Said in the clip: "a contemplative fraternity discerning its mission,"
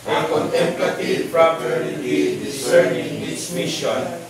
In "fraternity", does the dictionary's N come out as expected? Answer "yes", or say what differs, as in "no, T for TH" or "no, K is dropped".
no, L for N